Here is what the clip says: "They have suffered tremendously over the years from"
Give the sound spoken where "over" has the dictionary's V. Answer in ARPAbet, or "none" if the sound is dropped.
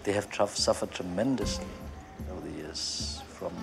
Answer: none